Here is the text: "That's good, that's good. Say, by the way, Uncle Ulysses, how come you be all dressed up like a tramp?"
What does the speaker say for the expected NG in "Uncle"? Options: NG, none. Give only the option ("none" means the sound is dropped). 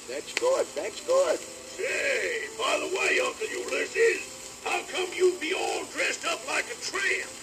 none